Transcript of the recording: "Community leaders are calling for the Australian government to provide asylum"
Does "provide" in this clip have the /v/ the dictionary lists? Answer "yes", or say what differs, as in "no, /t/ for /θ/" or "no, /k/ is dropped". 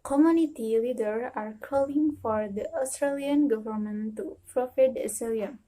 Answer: no, /f/ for /v/